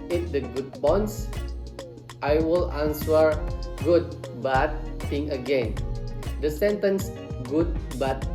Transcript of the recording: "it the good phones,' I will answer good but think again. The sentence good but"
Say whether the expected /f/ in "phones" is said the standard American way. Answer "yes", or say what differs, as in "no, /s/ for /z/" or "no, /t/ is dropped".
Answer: no, /p/ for /f/